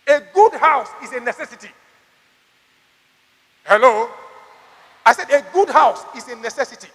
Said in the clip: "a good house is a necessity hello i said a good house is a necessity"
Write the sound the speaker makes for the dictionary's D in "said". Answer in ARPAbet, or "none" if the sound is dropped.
D